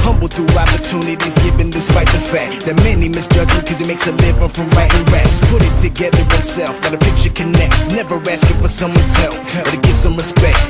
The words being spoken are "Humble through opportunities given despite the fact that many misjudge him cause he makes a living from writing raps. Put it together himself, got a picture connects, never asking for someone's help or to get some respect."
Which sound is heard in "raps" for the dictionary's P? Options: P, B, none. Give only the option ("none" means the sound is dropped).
none